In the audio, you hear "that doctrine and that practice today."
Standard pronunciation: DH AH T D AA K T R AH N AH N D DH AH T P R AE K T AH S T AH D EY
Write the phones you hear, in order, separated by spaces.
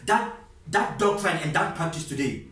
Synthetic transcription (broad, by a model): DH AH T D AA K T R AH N AH N D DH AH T P AA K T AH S T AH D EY